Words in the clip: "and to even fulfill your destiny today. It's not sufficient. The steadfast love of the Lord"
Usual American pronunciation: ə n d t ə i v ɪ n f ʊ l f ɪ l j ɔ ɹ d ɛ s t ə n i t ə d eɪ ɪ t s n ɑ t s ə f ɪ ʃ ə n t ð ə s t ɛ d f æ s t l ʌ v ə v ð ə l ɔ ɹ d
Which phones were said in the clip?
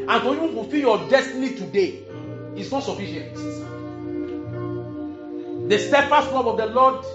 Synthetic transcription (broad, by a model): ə n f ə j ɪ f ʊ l f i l j ɔ d ɛ s t ə n i t ə d eɪ ɪ t s n ɑ t s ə f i ʃ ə n t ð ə s t ɛ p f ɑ s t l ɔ p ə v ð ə l ɔ d